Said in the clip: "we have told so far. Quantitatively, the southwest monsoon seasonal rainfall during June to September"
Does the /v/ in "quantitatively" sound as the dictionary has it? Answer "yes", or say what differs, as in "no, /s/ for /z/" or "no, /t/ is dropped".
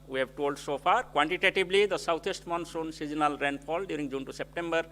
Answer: no, /b/ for /v/